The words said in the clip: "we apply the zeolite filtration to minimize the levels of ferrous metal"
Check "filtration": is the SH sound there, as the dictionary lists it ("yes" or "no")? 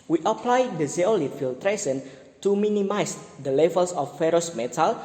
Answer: no